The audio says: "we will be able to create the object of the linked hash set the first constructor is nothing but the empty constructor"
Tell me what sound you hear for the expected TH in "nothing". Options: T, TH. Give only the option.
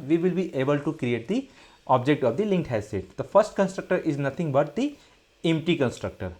T